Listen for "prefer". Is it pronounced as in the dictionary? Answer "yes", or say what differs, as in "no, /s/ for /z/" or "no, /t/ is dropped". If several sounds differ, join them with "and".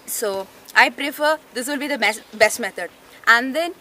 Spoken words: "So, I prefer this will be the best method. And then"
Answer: yes